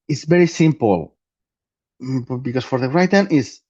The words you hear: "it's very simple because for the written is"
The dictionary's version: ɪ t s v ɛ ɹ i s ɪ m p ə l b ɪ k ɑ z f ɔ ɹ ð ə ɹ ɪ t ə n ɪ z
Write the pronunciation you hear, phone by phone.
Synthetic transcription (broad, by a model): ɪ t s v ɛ ɹ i s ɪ m p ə l b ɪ k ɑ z f ɔ ɹ ð ə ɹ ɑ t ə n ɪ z